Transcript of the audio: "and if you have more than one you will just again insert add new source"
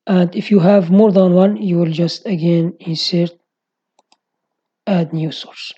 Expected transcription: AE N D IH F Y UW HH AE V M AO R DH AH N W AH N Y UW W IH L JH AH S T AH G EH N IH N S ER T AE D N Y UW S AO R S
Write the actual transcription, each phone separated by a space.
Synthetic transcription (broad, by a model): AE N D IH F Y UW HH AE V M AO R DH AH N W AH N Y UW W IH L JH AH S T AH G EH N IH N S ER T AE D N Y UW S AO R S